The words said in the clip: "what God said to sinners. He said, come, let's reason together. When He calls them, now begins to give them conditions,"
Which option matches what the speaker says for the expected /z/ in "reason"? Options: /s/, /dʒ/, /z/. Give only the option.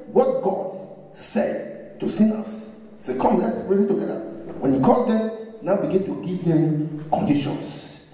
/s/